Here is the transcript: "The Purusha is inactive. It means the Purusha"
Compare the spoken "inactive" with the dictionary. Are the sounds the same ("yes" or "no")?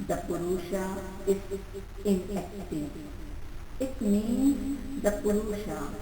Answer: no